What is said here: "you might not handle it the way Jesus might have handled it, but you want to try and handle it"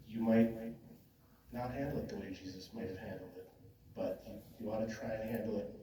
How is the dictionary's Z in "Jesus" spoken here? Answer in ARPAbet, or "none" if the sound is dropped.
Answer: Z